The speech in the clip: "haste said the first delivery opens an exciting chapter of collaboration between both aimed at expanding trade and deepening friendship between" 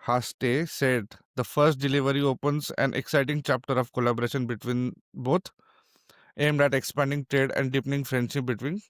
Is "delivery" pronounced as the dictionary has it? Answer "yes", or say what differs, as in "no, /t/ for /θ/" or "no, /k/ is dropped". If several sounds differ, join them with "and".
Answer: yes